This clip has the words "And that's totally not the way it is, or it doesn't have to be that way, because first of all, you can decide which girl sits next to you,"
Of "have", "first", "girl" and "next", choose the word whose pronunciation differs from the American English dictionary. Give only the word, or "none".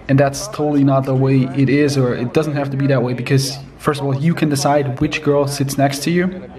have